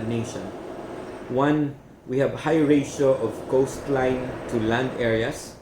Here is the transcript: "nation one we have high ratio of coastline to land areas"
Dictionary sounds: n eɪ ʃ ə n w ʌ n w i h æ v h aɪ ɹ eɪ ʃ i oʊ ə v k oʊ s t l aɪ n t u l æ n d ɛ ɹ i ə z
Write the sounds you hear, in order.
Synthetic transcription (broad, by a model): n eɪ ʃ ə n w ʌ n w i h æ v h aɪ ɹ eɪ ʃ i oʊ ə v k oʊ s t l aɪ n t u l æ n d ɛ ɹ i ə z